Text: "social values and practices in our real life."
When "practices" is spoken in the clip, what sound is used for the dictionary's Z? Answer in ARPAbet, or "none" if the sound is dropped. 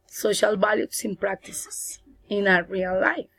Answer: S